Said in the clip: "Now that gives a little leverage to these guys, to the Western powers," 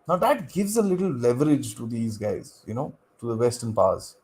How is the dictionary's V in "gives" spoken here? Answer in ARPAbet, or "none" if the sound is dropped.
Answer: V